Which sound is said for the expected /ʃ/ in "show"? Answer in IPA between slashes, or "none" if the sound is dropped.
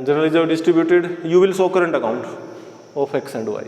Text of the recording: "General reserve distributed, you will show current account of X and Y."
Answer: /s/